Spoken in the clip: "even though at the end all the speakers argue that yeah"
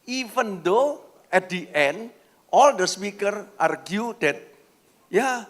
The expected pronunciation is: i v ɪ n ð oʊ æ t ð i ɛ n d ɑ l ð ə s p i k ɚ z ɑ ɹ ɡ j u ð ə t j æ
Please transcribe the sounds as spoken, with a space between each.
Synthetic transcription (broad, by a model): i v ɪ n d oʊ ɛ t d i ɛ n d ɑ l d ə s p i k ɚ ɑ ɹ ɡ j u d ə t j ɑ